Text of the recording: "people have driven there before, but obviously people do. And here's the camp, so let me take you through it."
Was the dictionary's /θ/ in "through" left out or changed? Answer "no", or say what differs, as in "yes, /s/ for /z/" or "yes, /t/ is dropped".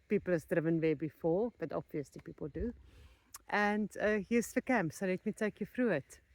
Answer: yes, /f/ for /θ/